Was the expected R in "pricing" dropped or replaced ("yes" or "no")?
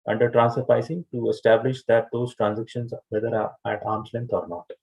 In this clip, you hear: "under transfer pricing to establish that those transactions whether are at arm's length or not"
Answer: yes